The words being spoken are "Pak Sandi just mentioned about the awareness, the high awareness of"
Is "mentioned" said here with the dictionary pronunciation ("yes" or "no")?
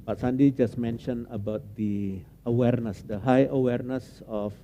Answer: no